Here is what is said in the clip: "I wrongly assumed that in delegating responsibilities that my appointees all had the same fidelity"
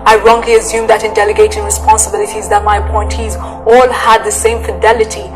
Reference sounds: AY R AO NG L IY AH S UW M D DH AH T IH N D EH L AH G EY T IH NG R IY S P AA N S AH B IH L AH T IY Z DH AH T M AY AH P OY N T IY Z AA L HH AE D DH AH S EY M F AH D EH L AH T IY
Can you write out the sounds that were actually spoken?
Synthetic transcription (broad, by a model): AY R AO NG L IY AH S UW M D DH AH T IH N D EH L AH G EY T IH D R IY S P AA N S AH B IH L AH T IY Z DH AH T M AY AH P OY N T IY Z AA L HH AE D DH AH S EY M F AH D EH L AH T IY